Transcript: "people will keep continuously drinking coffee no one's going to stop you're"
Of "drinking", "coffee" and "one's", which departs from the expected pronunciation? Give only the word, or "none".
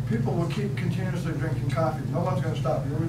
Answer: none